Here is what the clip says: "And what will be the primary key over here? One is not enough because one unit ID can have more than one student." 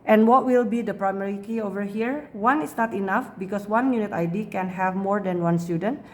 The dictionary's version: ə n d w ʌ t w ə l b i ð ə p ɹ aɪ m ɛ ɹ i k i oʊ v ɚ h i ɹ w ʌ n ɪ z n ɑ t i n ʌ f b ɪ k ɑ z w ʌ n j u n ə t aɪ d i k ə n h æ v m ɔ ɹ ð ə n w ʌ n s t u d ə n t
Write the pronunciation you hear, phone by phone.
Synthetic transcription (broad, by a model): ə n w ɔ t w ə l b i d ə p ɹ aɪ m ɛ ɹ i k i oʊ v ɚ h i ɹ w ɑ n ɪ s n ɑ t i n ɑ f b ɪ k ɑ s w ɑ n j u n ə t aɪ d i k ə n h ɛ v m ɔ ɹ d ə n w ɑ n s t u d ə n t